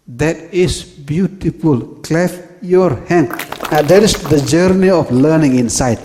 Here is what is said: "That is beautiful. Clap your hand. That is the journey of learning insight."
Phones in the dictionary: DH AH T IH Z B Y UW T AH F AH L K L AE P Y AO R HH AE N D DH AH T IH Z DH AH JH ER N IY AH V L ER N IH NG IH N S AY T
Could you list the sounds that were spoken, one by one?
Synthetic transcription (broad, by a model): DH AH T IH S B Y UW T AH F AH L K L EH F Y AO R HH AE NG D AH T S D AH JH ER N IY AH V L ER N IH NG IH N S AY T